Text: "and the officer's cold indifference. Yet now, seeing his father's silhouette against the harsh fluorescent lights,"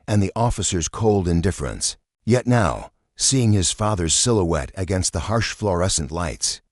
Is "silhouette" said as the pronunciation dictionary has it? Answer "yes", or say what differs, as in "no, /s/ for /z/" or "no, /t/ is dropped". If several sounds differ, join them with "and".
yes